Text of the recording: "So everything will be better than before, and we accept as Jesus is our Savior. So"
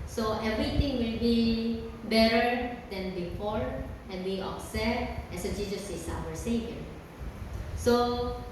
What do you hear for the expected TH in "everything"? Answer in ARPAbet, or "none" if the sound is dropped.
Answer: T